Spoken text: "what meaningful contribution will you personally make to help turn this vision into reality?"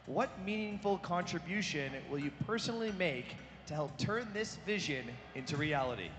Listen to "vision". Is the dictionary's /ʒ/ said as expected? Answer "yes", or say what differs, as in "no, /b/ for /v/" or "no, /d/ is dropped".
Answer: yes